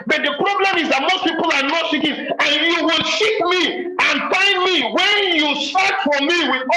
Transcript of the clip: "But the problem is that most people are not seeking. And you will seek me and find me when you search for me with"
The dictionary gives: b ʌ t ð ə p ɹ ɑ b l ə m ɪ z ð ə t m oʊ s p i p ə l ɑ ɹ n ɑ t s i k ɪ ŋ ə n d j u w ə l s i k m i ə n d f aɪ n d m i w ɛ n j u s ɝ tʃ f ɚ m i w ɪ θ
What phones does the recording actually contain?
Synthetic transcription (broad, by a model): b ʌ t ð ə p ɹ ɑ b l ə m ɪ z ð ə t m oʊ s p i p ə l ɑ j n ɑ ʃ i k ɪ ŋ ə n j u w ə l ʃ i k m i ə n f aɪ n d m i w ɛ n j u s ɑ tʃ f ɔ m i w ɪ